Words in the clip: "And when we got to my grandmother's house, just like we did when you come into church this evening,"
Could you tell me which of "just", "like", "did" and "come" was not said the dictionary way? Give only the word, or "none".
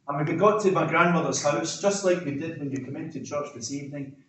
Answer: none